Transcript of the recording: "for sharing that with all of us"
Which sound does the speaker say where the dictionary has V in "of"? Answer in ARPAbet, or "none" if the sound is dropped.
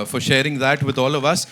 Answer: V